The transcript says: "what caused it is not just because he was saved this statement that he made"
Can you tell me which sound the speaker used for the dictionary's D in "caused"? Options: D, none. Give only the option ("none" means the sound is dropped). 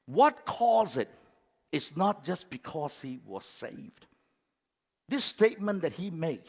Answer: none